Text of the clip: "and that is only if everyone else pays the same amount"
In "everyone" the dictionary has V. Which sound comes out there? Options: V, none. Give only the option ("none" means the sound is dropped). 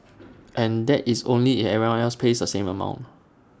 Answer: none